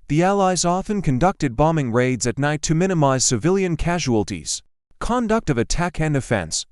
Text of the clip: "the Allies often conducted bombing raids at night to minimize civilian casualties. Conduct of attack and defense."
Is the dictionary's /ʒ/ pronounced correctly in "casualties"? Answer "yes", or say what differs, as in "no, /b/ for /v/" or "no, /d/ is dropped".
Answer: yes